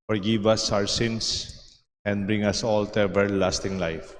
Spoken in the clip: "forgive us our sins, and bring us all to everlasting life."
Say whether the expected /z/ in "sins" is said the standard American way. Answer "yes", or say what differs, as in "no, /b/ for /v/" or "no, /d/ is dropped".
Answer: no, /s/ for /z/